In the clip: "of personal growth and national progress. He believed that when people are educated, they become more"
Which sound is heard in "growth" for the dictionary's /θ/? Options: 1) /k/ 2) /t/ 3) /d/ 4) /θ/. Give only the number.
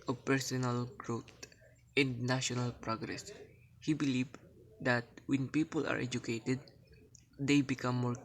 2